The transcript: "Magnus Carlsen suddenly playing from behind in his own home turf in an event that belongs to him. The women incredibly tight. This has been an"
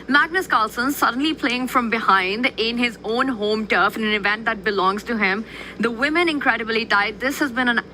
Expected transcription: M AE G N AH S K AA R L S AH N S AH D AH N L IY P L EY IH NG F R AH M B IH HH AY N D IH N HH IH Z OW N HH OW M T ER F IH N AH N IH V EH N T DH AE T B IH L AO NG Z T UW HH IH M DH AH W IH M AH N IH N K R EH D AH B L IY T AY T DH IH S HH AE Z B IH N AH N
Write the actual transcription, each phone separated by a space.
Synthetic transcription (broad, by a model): M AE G N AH S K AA L S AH N S AH D AH N L IY P L EY IH NG F R AH M B IH HH AY N D IH N HH IH Z OW N HH OW M T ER F IH N AH N IH V EH N T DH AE T B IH L AO NG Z T UW HH IH M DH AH W IH M AH N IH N K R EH D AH B L IY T AY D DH IH S HH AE Z B IH N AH N